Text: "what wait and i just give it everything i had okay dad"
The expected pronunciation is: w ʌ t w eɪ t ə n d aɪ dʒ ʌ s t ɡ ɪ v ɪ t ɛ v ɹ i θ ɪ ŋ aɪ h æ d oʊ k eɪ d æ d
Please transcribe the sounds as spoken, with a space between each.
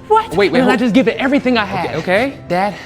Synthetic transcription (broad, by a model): w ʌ t w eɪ ə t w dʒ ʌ s ɡ ɪ v ɪ t ɛ v ɹ i θ ɪ ŋ aɪ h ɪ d oʊ k eɪ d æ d